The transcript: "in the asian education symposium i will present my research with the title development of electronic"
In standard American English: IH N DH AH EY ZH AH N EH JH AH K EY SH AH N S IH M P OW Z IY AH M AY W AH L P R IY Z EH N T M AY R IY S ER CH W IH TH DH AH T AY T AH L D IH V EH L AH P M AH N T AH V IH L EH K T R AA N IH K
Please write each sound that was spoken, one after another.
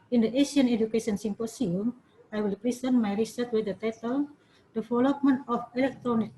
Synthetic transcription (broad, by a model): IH N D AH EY SH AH N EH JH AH K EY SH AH N S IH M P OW S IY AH M AY W AH L P R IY S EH N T M AY R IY S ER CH W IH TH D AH T AY T AH L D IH F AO L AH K M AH N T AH F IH L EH K T R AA N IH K